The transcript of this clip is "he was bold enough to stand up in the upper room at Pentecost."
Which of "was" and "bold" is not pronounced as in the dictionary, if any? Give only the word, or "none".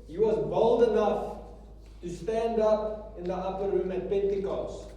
none